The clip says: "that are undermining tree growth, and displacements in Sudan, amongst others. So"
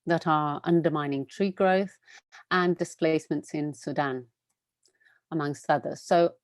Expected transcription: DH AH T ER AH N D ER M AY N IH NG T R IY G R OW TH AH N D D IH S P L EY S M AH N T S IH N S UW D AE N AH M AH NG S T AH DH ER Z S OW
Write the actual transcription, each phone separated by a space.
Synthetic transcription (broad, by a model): DH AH T ER AH N D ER M AY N IH NG T R IY G R OW TH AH N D D IH S P L EY S M AH N T S IH N S UW D AE N AH M AH NG S T AH DH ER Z S OW